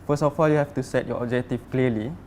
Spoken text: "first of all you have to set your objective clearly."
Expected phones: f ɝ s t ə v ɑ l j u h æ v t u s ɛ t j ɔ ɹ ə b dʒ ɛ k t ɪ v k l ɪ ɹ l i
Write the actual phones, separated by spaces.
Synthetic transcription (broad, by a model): f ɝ s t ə f ɑ l j u h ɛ f t u s ɛ t j ɔ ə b dʒ ɛ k t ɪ f k l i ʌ l i